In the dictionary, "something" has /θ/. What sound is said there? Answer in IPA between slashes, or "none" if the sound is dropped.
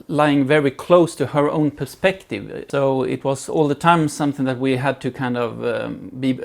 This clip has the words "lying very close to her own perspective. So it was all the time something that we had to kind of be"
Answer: /θ/